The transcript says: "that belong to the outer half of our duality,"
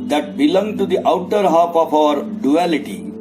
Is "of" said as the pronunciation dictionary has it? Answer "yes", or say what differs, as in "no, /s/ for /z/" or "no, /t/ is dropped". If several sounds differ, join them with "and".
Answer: no, /p/ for /v/